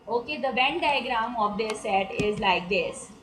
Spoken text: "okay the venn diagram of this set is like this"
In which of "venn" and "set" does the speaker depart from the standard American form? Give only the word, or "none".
venn